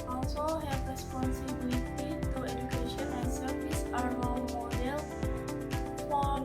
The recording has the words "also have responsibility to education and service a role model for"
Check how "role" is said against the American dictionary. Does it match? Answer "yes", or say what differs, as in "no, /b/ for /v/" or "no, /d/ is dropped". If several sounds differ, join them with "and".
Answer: no, /w/ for /l/